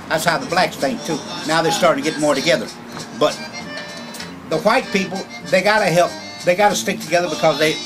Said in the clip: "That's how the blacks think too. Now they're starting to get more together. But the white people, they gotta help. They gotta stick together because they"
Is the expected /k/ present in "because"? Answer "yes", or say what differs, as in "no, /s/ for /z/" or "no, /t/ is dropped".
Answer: yes